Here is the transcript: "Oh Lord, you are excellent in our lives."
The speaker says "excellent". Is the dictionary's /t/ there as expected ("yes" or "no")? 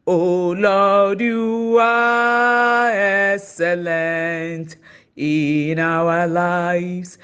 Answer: yes